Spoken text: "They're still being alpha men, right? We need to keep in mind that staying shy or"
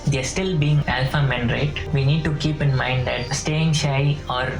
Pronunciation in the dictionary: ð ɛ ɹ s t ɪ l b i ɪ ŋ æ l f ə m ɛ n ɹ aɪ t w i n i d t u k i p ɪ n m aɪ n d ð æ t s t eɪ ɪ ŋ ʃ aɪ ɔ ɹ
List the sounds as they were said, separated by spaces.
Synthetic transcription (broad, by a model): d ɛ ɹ s t ɪ l b i ɪ ŋ æ l f ə m ɛ n ɹ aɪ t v i n i d t u k i p ɪ n m aɪ n d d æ t s t eɪ ɪ ŋ ʃ aɪ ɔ ɹ